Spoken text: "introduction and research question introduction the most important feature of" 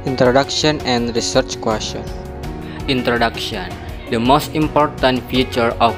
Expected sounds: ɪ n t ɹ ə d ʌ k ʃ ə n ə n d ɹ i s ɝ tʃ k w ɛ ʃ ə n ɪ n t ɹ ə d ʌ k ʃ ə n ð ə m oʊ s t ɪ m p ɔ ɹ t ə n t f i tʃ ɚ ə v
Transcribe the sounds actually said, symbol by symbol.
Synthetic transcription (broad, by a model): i n t ɹ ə d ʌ k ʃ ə n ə n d ɹ i s ɝ tʃ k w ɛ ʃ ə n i n t ɹ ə d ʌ k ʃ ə n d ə m oʊ s t ɪ m p ɔ ɹ t ə n t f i tʃ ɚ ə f